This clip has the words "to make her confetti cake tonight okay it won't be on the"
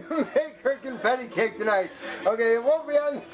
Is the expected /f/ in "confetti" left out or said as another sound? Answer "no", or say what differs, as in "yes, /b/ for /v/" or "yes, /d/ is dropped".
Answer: yes, /p/ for /f/